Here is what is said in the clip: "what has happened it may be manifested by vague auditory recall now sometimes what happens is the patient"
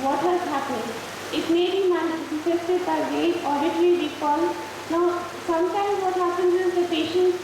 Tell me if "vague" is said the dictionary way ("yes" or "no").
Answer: no